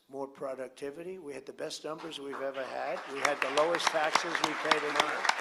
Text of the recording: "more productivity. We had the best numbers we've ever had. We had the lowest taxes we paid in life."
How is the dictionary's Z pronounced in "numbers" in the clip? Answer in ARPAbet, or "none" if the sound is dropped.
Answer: Z